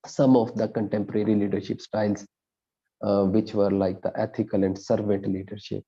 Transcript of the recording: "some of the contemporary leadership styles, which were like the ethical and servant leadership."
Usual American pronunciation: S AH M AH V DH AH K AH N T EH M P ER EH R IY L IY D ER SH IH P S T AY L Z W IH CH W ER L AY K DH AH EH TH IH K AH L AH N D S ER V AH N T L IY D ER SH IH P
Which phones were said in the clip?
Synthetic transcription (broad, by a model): S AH M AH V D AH K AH N T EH M P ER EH R IY L IY D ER SH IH P S T AY L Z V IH CH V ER L AY K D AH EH T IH K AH L AH N D S ER V AH N T L IY D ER SH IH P